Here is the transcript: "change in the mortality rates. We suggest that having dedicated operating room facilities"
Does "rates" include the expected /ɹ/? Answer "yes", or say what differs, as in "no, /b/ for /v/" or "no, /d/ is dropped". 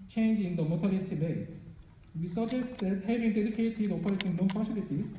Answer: no, /l/ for /ɹ/